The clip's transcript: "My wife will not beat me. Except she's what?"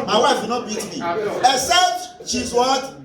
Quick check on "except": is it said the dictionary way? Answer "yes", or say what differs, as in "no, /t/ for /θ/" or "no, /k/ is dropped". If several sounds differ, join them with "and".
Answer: no, /k/ is dropped